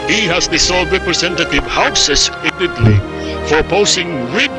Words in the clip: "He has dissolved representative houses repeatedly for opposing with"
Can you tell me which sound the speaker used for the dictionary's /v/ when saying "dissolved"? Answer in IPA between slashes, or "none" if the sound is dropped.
none